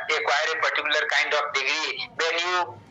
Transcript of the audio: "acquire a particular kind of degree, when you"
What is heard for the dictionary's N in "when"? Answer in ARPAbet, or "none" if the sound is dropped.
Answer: L